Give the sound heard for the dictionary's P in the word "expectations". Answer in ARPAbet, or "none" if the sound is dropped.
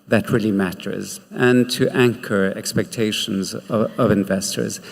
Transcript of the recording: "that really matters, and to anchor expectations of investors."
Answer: P